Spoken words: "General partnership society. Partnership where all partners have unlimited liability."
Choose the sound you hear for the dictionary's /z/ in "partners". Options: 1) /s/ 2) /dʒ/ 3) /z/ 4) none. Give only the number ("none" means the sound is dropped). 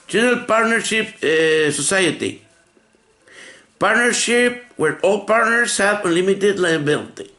1